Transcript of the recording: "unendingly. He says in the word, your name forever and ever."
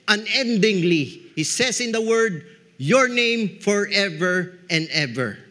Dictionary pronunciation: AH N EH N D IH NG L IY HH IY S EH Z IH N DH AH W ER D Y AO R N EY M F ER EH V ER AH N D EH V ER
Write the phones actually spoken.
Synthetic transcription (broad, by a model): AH N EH N D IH NG L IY HH IY S EH S IH N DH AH W ER D Y AO R N EY M F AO EH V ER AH N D EH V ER